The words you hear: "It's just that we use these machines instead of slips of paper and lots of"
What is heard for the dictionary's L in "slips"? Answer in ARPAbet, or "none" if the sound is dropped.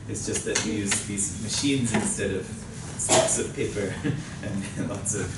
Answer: none